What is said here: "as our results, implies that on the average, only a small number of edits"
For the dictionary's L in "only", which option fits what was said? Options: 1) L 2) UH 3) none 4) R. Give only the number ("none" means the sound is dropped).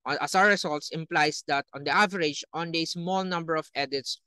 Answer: 3